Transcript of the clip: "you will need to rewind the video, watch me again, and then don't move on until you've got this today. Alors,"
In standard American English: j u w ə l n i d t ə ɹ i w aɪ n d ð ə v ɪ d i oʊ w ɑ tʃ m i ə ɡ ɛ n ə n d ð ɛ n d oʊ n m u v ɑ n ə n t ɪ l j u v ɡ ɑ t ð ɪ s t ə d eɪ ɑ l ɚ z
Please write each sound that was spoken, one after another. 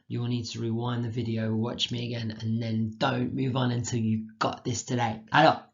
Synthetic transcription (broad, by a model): j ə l n i d t ə ɹ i w aɪ n ð ə v ɪ d i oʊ w ɑ tʃ m i ə ɡ ɛ n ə n ð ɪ n d oʊ n m u v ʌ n ə n t ɪ l j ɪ ɡ ɑ t ð ɪ s t ə d eɪ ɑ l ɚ